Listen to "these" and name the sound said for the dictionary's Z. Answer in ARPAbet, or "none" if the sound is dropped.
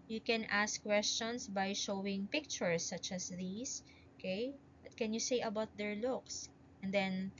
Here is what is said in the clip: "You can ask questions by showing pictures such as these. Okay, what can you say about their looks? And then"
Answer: S